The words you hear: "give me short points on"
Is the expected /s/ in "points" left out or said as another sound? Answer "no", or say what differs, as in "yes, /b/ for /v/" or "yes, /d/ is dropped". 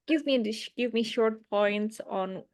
no